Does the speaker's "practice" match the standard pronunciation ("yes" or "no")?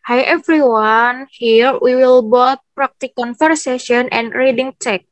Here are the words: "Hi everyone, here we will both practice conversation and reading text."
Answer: no